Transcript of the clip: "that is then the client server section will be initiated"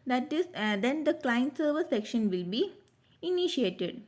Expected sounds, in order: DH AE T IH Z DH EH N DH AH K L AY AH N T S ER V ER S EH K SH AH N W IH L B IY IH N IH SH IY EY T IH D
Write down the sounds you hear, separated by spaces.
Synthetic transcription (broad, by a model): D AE T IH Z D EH N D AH K L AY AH N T S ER V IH S EH K SH AH N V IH L B IY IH N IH SH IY EY T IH D